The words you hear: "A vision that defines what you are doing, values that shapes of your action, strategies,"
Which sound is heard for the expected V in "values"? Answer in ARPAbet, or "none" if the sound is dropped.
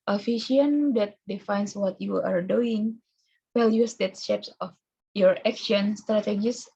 W